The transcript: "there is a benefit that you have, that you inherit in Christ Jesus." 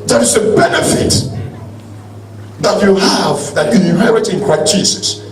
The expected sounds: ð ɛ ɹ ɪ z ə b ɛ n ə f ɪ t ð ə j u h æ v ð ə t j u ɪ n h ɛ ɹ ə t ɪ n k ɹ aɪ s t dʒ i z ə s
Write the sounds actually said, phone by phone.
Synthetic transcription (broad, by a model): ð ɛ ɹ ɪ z ə b ɛ n ə f ɪ t ð ə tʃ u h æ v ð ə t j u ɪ h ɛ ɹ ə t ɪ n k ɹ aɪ t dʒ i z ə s